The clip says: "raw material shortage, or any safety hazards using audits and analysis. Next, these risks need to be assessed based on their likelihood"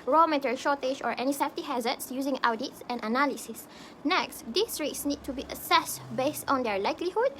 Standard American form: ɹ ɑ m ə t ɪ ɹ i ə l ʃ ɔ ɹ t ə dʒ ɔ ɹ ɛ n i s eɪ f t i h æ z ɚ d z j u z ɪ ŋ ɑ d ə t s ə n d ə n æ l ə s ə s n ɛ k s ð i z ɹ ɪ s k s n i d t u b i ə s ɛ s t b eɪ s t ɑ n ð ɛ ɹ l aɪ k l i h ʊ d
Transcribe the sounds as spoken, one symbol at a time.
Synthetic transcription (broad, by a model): ɹ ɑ m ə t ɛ ɹ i ʃ ɔ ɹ t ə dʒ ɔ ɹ ɛ n i s eɪ f t i h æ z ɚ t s j u z ɪ ŋ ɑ d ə t s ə n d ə n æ l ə s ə s n ɛ k s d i s ɹ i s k s n i d t u b i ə s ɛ s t b eɪ s t ɑ n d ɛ ɹ l aɪ k l i h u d